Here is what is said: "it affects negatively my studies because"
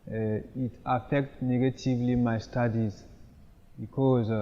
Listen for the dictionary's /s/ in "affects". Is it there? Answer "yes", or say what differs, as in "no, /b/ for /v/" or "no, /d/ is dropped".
no, /s/ is dropped